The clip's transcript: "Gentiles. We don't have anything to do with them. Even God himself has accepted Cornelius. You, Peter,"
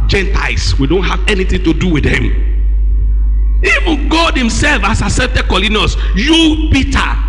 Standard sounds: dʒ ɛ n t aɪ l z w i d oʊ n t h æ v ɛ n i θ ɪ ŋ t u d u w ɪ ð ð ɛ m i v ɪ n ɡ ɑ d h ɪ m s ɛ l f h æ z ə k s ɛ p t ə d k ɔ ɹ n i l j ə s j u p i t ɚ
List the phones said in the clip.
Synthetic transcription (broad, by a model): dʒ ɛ n t aɪ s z w i d oʊ n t h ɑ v ɛ n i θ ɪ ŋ t u d u w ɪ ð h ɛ m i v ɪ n ɡ ɑ d h ɪ m s ɛ l f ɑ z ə s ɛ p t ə k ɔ l n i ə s j u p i t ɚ